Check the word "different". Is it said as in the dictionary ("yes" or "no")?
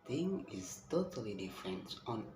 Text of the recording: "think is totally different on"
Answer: yes